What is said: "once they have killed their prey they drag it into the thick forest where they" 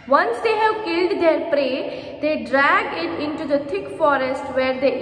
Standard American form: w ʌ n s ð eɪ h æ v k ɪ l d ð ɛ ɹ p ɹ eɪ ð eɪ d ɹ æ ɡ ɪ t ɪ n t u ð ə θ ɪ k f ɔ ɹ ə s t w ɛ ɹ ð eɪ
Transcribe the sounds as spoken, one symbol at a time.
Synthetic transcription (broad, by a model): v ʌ n s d eɪ h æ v k ɪ l d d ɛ ɹ p ɹ eɪ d eɪ d ɹ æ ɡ ɪ t ɪ n t u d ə t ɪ k f ɔ ɹ ə s t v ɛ ɹ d eɪ